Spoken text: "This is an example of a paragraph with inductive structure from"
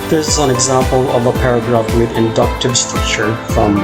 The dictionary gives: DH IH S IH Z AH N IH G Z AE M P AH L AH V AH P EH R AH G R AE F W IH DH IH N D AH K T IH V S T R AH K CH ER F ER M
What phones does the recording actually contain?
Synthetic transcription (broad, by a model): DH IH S IH Z AH N IH G Z AE M P AH L AH V AH P EH R AH G R AE F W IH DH IH N D AH K T IH V S T R AH K CH ER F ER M